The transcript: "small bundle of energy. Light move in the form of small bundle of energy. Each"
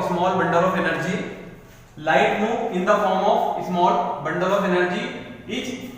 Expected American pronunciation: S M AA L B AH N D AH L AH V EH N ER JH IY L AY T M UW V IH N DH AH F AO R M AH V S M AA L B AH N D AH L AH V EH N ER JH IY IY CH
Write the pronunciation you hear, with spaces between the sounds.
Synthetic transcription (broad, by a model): S M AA L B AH N D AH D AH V EH N ER JH IY L AY T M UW IH N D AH F AO R M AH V S M AA L B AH N D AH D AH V EH N ER JH IY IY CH